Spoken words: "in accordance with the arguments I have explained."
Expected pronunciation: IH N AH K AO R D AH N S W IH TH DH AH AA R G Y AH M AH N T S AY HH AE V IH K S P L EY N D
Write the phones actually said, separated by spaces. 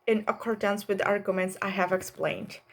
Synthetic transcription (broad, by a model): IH N AH K AO R D AH N S W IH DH AA R G Y AH M AH N T S AY HH AE V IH K S P L EY N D